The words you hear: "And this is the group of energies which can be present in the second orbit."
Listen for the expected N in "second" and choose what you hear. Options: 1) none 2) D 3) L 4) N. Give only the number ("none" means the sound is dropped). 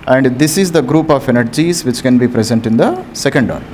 4